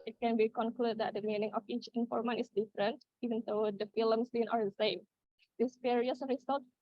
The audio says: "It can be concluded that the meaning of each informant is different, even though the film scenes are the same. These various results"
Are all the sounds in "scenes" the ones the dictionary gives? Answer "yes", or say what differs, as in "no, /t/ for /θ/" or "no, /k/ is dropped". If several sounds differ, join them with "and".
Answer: no, /z/ is dropped